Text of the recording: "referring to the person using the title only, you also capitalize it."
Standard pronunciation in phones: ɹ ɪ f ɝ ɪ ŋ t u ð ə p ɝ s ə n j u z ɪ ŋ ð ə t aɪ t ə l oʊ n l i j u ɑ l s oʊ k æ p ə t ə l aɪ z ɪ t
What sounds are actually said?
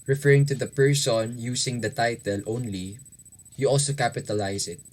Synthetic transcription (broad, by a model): ɹ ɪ f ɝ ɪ ŋ t u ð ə p ɝ s ə n j u s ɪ ŋ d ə t aɪ t ə l oʊ n l i j u ɑ l s oʊ k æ p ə t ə l aɪ s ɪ t